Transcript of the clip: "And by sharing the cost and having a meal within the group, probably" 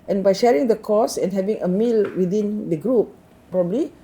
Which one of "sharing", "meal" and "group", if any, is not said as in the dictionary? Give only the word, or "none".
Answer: none